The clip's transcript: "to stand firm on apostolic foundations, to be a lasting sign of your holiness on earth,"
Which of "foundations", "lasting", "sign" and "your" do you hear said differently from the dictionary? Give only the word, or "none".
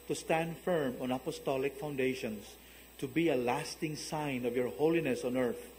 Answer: foundations